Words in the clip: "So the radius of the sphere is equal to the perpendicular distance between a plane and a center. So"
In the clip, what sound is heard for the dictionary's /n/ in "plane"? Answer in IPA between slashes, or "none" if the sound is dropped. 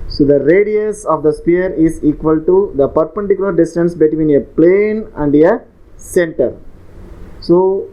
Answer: /n/